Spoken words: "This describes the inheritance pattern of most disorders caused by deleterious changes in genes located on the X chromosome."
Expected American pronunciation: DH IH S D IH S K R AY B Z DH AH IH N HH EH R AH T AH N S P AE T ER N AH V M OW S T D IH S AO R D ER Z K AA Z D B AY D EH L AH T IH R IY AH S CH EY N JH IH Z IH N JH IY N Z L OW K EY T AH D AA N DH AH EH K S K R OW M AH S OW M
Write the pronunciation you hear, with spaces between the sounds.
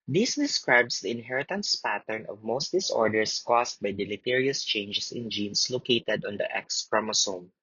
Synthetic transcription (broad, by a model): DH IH S D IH S K R AY B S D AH IH N HH EH R AH T AH N S P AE T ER N AH V M OW S T D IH S AO R D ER S K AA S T B AY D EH L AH T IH R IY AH S CH EY N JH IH S IH N JH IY N S L OW K EY T AH D AA N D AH EH K S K R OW M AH S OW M